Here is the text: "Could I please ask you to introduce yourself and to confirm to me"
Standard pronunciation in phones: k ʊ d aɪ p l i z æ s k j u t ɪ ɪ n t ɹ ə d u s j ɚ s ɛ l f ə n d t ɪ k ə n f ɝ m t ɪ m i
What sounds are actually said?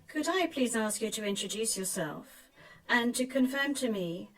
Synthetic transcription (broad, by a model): k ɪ d aɪ p l i z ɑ s k j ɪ t ɪ ɪ n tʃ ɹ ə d u s j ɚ s ɛ l f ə n t ɪ k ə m f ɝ m t ɪ m i